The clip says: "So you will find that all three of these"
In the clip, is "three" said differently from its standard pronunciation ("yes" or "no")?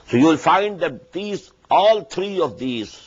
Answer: yes